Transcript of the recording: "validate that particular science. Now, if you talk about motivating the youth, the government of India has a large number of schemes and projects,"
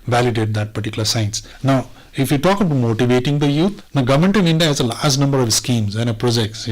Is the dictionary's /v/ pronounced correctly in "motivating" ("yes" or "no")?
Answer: yes